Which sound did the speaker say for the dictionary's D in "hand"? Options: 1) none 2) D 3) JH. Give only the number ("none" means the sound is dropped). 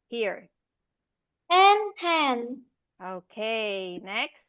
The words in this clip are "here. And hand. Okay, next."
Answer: 1